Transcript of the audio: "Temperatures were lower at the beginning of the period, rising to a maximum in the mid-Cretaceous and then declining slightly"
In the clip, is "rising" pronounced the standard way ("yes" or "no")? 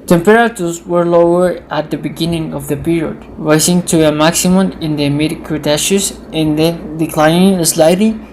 no